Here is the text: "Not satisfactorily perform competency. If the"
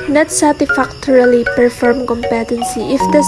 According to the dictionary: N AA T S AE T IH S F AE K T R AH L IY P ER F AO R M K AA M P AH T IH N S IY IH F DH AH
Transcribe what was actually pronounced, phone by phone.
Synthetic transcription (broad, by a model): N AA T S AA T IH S F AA K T R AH L IY P ER F AO R M K AA M P AH T IH N S IY IH F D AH